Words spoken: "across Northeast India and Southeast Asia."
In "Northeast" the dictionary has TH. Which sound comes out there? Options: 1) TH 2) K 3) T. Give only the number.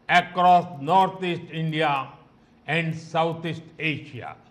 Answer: 3